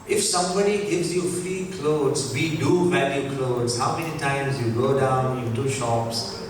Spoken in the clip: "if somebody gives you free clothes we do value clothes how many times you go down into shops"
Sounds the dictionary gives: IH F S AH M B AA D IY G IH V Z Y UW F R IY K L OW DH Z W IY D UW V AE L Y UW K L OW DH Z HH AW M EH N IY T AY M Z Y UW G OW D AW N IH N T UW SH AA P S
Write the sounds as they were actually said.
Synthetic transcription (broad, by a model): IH F S AH M B AA D IY G IH V Z Y UW F R IY K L OW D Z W IY D UW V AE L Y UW K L OW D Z HH AW M EH N IY T AY M Z Y UW G OW D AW N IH T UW SH AA P S